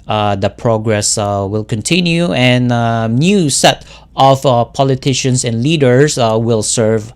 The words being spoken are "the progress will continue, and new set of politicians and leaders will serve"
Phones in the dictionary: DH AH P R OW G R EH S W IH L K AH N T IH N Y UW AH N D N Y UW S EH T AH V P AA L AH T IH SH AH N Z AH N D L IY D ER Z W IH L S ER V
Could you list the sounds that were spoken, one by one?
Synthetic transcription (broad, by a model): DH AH P R OW G R EH S W IH L K AH N T IH N Y UW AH N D N Y UW S EH T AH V P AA L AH T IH SH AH N S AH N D L IY D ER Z W IH L S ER V